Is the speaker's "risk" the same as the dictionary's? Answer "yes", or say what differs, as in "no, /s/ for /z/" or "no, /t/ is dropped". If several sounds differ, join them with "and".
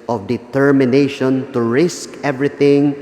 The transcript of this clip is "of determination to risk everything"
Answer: yes